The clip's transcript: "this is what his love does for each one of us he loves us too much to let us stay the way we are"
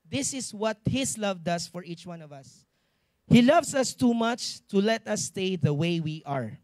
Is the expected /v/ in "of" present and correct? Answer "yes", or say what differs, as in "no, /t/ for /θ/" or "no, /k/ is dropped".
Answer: yes